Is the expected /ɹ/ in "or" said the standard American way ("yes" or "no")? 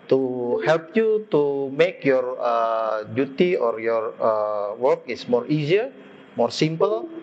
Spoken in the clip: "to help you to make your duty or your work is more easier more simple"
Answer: yes